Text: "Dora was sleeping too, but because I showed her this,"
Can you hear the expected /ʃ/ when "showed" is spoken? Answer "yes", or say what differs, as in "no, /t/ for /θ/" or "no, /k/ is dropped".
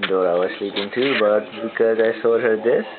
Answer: no, /s/ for /ʃ/